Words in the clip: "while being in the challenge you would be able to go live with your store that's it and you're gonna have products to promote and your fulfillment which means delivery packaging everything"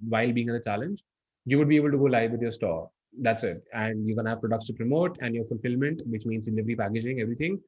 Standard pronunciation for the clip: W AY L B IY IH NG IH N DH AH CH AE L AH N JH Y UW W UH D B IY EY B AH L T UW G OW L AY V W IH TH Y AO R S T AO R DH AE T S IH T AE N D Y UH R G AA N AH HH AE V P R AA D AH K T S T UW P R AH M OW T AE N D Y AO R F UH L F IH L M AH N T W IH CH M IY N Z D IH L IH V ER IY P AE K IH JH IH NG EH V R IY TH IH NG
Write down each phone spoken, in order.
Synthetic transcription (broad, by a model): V AY L B IY IH NG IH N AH CH AE L AH N JH Y UW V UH D B IY EY B AH L T UW G OW L AY V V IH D Y AO R S T AO R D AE T S IH T AE N D Y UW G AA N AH HH AE V P R AA D AH K T S T UW P R AH M OW T AE N D Y AO R F UH L F IH L M AH N T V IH CH M IY N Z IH N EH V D IY P AE K IH JH IH NG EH V R IY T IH NG